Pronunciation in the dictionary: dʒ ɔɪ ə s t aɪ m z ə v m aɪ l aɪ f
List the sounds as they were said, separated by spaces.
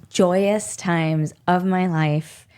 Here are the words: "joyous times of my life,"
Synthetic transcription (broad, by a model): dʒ ɔɪ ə s t aɪ m z ə v m aɪ l aɪ f